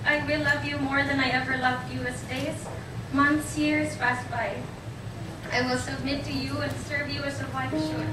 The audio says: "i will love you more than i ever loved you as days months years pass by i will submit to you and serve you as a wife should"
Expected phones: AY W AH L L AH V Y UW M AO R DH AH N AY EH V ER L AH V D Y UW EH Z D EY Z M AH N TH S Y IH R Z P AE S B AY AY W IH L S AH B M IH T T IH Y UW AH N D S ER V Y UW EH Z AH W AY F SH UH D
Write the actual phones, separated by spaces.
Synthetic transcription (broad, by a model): AY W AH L L AH V Y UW M AO R DH AH N AY EH V ER L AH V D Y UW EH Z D EY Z M AH N TH S Y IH R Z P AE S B AY AY W IH L S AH B M IH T T IH Y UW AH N S ER V Y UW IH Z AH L AY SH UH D